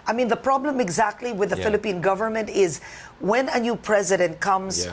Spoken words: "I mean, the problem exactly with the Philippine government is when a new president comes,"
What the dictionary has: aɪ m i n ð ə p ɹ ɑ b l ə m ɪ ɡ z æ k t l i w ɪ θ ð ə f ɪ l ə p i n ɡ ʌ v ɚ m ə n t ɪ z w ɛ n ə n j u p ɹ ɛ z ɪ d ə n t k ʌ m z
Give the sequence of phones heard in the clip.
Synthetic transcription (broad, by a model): aɪ m i n ð ə p ɹ ɑ b l ə m ɪ ɡ z æ k t l i w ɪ ð ə f ɪ l ə p i n ɡ ʌ v ɚ m ə n t ɪ z w ɛ n ə n j u p ɹ ɛ z ɪ d ə n t k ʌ m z